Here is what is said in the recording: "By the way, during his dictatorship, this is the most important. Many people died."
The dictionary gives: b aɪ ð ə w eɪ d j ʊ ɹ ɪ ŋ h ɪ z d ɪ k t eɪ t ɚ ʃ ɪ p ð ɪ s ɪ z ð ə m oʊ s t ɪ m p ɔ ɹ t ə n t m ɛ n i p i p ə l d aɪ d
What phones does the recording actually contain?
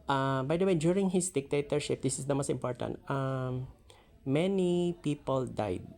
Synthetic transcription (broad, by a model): b aɪ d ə w eɪ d j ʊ ɹ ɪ ŋ h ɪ s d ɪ k t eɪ t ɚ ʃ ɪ p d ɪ s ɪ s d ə m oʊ s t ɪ m p ɔ ɹ t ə n t m ɛ n i p i p ə l d aɪ d